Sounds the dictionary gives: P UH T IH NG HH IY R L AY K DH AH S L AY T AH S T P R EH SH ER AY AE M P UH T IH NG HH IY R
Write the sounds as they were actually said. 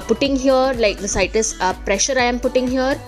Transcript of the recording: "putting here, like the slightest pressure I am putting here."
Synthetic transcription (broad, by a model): P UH T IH NG HH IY R L AY K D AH S AY T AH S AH P R EH SH ER AY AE M P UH T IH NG HH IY R